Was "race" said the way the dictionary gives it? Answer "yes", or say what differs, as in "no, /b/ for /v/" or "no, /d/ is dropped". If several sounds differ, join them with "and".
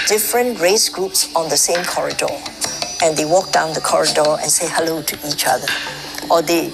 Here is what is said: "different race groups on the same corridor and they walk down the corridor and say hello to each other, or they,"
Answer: yes